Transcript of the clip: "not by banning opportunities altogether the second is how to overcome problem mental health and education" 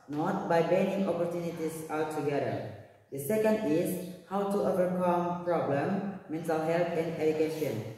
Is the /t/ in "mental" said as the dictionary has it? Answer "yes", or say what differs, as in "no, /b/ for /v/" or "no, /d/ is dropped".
no, /s/ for /t/